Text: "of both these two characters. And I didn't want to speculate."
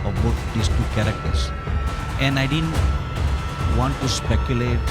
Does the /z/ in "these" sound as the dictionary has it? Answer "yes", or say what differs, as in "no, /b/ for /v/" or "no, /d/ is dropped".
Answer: no, /s/ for /z/